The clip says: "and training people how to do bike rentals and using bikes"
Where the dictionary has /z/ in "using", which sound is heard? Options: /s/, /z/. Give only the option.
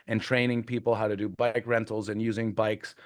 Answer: /z/